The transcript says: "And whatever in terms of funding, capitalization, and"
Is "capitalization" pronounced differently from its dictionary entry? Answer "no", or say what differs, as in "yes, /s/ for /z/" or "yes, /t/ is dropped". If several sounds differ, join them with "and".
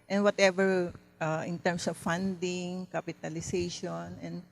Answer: yes, /s/ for /z/